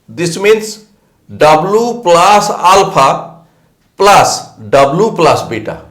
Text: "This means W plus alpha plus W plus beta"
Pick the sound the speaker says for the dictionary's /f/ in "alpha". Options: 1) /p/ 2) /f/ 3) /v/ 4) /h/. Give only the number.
1